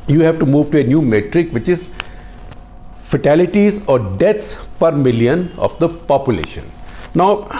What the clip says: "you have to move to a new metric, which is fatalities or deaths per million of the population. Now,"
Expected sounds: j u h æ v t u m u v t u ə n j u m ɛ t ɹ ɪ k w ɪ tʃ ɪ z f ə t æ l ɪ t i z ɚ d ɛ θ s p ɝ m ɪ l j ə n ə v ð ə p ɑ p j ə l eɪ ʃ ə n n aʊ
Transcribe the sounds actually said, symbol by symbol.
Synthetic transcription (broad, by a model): j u h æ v t u m u v t u ə n j u m ɛ t ɹ ɪ k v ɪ tʃ ɪ z f ə t æ l ɪ t i z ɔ d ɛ t s p ɝ m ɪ l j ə n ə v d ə p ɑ p j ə l eɪ ʃ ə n n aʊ